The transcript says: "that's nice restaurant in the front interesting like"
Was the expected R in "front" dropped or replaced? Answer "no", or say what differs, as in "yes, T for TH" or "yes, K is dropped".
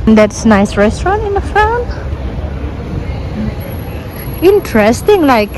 yes, R is dropped